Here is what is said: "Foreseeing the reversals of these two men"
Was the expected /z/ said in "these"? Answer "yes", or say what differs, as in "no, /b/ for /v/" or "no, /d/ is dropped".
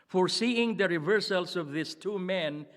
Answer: no, /s/ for /z/